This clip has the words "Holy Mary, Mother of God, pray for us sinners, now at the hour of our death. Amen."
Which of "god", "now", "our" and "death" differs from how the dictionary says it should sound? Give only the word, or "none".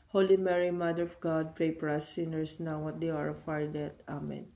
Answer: death